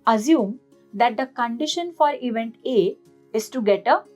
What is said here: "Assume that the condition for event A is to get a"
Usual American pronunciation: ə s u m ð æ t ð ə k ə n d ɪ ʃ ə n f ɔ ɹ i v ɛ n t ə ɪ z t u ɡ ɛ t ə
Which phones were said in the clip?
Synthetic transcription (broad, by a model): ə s u m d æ t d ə k ə n d ɪ ʃ ə n f ɔ ɹ i v ɛ n t ə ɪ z t u ɡ ɛ t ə